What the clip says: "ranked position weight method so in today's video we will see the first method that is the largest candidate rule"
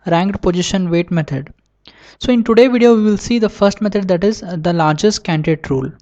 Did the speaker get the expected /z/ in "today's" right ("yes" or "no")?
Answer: no